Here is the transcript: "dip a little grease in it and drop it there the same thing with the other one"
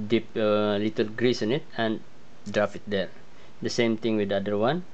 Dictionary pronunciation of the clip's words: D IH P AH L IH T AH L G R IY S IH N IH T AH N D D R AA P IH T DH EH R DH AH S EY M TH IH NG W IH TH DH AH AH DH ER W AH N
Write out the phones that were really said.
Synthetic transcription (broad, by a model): D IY P AH L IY T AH L G R IY S IH N IH T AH N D D R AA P IH T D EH R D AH S EY M T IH NG W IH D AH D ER W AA N